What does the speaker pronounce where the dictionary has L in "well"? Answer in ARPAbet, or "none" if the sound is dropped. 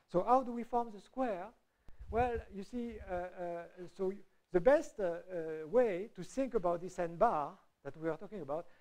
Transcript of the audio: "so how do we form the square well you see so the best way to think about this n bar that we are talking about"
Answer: L